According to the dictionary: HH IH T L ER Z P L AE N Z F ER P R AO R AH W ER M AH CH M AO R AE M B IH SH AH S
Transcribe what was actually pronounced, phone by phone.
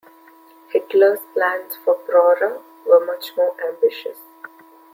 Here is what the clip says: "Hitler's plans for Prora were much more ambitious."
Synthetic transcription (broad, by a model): HH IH T L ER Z P L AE N S F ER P R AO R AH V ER M AH CH M AO R AE M B IH SH AH S